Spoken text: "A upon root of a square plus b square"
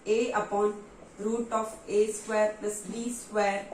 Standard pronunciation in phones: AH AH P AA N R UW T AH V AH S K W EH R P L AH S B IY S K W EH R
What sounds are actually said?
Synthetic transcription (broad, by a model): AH AH P AA N R UW T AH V AH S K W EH R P AH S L IY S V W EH R